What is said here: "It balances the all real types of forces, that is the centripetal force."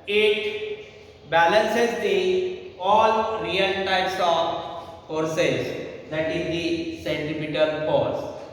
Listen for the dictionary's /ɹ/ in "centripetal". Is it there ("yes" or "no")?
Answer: no